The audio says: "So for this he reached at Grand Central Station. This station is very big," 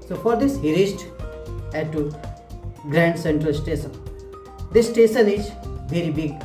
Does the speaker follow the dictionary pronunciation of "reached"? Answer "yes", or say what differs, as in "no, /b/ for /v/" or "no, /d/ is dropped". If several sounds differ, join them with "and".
no, /s/ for /tʃ/